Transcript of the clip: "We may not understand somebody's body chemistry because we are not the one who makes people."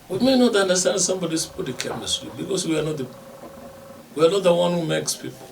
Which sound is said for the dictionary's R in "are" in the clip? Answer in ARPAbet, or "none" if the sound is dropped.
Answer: W